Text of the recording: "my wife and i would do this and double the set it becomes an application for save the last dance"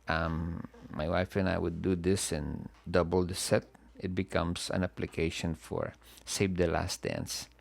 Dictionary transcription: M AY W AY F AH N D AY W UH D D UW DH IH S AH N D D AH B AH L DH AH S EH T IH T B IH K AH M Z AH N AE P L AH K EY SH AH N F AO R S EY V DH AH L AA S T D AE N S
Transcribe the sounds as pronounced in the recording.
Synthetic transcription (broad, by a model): M AY W AY F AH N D AY W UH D D UW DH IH S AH N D D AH B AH L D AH S EH T IH T B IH K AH M S AH N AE P L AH K EY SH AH N F AO R S EY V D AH L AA S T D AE N S